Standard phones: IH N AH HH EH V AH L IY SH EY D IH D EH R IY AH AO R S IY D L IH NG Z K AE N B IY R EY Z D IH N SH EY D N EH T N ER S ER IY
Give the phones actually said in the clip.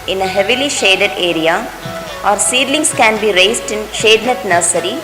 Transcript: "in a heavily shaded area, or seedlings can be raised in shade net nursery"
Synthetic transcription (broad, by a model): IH N AH HH EH V AH L IY SH EY D IH D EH R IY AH AO R S IY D L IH NG S K AE N B IY R EY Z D IH N SH EY D N EH T N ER S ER IY